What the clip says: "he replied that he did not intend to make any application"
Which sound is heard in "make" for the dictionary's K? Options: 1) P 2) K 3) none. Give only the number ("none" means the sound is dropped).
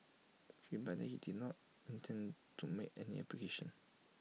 3